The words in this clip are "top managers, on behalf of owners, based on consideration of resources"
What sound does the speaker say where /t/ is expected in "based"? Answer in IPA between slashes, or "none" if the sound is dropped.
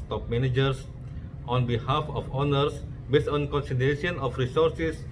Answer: none